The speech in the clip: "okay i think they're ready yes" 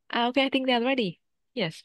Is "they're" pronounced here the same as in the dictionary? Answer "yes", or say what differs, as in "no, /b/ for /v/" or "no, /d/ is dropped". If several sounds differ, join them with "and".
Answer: no, /l/ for /ɹ/